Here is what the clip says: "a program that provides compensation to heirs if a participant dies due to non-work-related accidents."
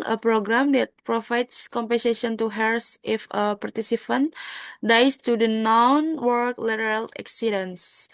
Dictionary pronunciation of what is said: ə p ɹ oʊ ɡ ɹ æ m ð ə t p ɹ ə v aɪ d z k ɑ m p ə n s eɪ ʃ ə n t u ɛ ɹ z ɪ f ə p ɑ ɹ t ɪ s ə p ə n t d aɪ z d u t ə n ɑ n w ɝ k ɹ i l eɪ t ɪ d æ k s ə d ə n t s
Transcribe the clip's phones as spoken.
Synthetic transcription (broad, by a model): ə p ɹ oʊ ɡ ɹ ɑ m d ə t p ɹ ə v aɪ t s k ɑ m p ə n s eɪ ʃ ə n t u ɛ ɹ s ɪ f ə p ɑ ɹ t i s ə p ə n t d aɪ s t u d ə n ɑ n w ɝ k l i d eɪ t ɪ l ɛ k s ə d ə n s